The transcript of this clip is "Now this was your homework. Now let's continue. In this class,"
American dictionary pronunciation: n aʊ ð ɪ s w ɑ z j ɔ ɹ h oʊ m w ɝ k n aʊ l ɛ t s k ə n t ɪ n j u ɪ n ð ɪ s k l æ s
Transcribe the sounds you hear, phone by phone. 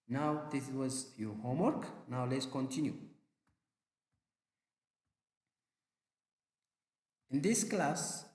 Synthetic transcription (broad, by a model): n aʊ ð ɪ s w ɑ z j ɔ h oʊ m w ɝ k n aʊ l ɛ t s k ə n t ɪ n j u ɪ n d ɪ s k l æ s